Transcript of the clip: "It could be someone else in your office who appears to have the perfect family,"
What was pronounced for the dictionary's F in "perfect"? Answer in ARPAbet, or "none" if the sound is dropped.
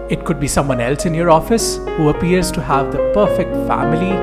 F